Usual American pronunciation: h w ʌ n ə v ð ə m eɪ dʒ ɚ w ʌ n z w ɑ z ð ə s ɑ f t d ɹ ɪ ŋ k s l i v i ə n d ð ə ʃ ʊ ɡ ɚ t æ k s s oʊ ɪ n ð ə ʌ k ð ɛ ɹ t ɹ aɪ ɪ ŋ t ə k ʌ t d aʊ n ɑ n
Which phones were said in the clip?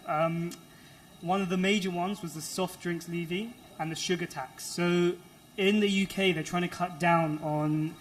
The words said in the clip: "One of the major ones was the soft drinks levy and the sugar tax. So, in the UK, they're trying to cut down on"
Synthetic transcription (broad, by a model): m w ʌ n ə v ð ə m eɪ dʒ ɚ w ʌ n z w ɑ z ð ə s ɑ f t d ɹ ɪ ŋ k s l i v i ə n ð ə ʃ ʊ ɡ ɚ t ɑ k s s oʊ ɪ n ð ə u k ð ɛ t ɹ aɪ ɪ ŋ t ə k ʌ t d aʊ n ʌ n